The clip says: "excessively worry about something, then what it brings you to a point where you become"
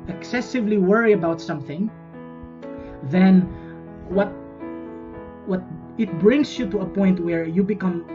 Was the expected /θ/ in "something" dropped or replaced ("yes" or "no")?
no